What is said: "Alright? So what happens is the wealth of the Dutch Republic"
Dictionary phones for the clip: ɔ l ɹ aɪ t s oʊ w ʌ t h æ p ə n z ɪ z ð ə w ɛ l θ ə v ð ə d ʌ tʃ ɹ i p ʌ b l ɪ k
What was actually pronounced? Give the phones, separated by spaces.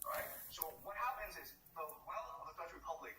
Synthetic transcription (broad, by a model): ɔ ɹ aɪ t s oʊ w ʌ t h æ p ə n z ɪ z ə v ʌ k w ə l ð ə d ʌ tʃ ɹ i p ʌ b l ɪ k